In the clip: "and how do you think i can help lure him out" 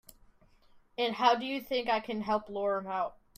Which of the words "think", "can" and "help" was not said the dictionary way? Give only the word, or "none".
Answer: none